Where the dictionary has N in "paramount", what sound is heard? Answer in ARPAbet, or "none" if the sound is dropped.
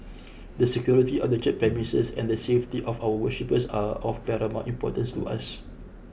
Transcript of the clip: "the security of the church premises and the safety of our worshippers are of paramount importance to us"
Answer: none